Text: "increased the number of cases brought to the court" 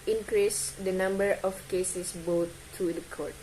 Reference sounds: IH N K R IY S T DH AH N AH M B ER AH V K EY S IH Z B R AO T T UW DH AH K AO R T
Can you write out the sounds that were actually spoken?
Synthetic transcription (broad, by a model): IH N K R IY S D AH N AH M B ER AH F K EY S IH S B AO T T UW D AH K AO R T